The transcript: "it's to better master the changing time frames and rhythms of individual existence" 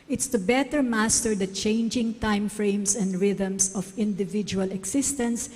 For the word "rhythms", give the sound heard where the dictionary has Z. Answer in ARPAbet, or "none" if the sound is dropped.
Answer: S